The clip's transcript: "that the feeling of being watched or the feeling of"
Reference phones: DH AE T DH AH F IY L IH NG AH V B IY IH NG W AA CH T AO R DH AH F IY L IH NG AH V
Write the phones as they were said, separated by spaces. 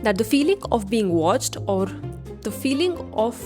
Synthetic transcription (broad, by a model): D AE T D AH F IY L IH NG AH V B IY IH NG W AA CH T AO R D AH F IY L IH NG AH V